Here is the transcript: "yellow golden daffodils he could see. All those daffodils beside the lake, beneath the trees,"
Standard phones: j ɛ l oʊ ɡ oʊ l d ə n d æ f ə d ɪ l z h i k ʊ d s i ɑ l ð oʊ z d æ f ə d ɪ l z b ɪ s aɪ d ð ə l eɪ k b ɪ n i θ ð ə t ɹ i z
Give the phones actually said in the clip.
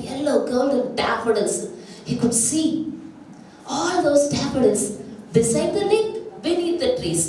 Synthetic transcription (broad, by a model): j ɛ l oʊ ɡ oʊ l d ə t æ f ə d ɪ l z h i k ʊ d s i ɑ l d oʊ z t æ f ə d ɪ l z b ɪ s aɪ d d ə n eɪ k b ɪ n i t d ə t ɹ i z